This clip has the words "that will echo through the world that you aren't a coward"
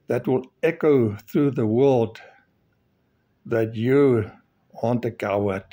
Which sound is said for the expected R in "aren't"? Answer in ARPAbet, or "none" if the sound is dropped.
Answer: W